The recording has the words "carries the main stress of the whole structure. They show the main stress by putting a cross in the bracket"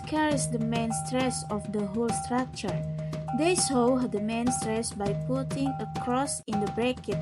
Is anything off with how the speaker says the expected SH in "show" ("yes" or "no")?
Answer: yes